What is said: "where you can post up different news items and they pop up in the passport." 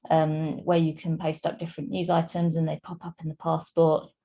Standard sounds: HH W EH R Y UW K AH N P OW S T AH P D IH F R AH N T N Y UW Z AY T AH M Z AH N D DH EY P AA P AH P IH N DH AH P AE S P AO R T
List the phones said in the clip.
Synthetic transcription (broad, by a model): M W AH Y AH K AH N P OW S T AH P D IH F R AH N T N Y UW Z AY T AH M Z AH N DH EY P AA P AH P IH N DH AH P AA S P AO T